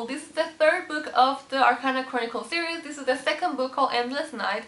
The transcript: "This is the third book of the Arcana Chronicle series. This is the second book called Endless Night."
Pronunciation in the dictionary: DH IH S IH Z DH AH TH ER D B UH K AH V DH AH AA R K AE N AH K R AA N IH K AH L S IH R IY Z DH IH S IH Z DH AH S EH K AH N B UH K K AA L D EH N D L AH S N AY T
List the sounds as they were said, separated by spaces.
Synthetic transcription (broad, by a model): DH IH S IH Z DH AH TH ER D B UH K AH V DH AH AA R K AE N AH K R AA N IH K AH L S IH R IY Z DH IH S IH Z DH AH S EH K AH N B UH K K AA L EH N D L AH S N AY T